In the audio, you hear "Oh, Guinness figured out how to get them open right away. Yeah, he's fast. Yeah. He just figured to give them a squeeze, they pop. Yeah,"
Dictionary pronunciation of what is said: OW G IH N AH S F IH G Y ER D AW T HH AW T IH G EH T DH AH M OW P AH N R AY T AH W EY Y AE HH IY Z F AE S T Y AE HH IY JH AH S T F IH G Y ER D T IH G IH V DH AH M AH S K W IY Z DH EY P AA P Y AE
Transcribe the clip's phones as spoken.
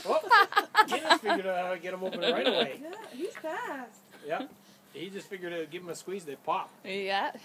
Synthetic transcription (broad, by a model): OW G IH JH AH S F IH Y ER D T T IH G EH T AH M OW P AH N R AY T AH W EY Y AE HH IY Z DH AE T Y AE HH IY JH AH S T F IH G Y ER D T IH G IH V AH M AH S K W IY Z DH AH P AA P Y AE